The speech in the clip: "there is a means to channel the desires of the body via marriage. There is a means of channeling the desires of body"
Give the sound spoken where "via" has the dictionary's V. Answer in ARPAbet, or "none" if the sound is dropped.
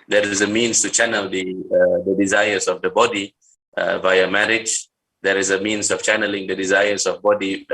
V